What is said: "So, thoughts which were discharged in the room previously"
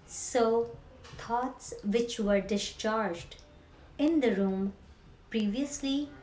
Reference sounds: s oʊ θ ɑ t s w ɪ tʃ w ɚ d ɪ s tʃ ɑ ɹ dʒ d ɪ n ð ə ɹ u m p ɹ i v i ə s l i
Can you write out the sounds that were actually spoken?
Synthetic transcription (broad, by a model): s oʊ t ɑ t s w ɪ tʃ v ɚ d ɪ s tʃ ɑ ɹ dʒ d ɪ n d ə ɹ u m p ɹ i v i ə s l i